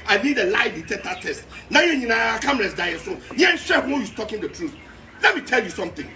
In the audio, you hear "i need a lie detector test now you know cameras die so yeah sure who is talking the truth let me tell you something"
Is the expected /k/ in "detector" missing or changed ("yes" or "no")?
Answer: yes